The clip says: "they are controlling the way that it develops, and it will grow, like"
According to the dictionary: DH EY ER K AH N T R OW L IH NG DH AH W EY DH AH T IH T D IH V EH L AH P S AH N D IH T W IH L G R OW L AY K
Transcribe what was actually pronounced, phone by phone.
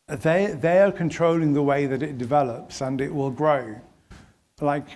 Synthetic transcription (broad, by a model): DH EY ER K AH N T R OW L IH NG DH AH W EY DH AH T IH T D IH V EH L AH P S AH N IH T W IH L G R OW L AY K